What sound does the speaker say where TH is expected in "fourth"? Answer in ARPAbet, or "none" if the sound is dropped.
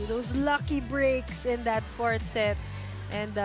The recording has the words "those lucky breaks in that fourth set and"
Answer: T